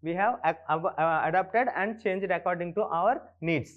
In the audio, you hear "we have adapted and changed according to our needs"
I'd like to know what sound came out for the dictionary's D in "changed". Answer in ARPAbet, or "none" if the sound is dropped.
D